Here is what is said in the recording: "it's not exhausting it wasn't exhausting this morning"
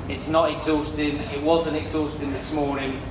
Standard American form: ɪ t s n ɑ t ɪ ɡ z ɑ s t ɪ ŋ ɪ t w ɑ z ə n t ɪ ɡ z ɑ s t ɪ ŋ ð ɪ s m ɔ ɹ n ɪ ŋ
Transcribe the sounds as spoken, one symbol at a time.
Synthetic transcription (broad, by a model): ɪ t s n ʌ t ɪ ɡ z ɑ s t ɪ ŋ ɪ t w ɑ z ə n t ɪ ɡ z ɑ s t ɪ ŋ ð ɪ s m ɔ n ɪ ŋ